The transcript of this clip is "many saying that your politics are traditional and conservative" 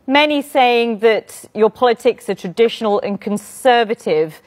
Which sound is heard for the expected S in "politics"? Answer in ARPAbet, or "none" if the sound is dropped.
S